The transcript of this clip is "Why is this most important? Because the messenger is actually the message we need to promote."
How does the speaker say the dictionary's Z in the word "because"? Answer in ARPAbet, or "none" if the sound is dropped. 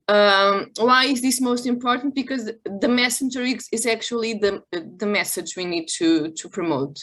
Z